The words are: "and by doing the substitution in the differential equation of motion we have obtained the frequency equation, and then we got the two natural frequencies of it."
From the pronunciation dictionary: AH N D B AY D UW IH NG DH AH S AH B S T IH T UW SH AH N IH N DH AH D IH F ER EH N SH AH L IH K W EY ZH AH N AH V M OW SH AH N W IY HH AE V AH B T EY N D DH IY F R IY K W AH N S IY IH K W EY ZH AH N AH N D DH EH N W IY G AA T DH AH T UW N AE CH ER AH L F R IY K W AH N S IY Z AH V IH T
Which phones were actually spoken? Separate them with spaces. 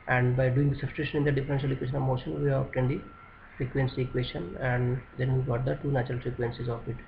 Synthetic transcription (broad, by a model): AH N D B AY D UW IH NG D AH S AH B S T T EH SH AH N IH N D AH D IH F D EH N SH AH L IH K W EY SH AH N AH V M OW SH AH N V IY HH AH T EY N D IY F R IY K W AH N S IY K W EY SH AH N AH N D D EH N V IY G AA T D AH T UW N AE CH ER AH L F R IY K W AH N S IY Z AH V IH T